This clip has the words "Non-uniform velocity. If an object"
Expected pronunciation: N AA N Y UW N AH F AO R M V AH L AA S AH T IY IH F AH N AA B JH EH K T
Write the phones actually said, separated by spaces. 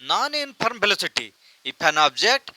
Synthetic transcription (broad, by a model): N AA N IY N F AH R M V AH L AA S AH T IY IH P AH N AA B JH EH K T